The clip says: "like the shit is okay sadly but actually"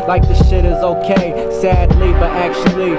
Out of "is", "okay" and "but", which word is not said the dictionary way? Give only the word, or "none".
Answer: none